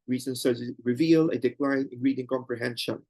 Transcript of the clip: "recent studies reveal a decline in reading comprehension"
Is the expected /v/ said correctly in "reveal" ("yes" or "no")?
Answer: yes